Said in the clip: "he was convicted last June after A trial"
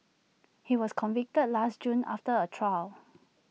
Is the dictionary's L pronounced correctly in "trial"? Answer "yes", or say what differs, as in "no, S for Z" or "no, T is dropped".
yes